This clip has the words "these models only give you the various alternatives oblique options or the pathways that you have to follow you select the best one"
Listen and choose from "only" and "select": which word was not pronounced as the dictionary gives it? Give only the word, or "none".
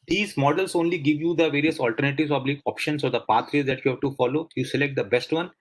none